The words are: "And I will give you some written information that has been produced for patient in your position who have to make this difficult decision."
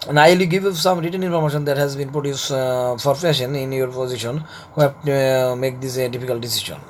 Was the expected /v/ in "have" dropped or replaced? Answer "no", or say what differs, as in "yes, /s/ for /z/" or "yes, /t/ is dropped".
yes, /p/ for /v/